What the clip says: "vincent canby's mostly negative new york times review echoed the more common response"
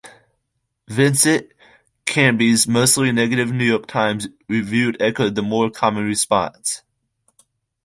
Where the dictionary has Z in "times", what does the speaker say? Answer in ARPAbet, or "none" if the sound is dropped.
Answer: Z